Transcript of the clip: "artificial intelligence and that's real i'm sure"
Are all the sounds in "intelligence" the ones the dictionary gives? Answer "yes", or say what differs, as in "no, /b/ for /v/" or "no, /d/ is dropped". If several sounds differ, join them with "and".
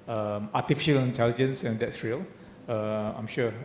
yes